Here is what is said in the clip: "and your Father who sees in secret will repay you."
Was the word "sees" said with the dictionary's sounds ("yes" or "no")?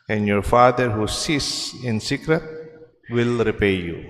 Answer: no